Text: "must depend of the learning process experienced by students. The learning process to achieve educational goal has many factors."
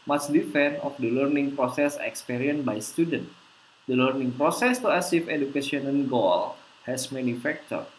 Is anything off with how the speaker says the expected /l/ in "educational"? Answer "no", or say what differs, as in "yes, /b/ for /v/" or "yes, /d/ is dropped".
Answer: yes, /n/ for /l/